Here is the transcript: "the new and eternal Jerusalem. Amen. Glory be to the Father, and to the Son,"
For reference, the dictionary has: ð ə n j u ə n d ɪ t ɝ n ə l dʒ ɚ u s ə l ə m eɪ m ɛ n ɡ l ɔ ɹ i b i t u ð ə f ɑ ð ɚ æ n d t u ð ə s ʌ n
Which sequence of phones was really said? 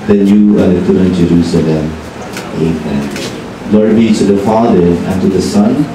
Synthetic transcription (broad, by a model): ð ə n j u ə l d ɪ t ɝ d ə n dʒ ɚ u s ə l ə m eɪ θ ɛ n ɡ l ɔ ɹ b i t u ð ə f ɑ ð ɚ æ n t u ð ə s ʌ n